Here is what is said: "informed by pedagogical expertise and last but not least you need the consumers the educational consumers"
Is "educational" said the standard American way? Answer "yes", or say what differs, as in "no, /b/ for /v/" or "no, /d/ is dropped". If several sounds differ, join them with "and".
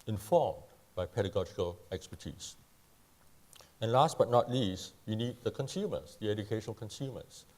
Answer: no, /n/ is dropped and /n/ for /l/